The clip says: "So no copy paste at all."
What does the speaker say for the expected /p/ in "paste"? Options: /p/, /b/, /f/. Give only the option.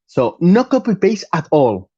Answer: /b/